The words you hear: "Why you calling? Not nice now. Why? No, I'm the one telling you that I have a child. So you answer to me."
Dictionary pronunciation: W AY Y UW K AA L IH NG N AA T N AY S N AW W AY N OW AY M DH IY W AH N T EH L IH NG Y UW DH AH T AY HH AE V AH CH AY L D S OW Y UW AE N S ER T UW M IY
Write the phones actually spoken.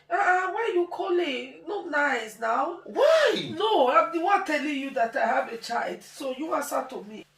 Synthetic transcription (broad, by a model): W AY Y UW K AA L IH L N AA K N AY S N AW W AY N OW AY M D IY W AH T EH L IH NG Y UW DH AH T AY HH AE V AH CH AY L D S OW Y UW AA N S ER T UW M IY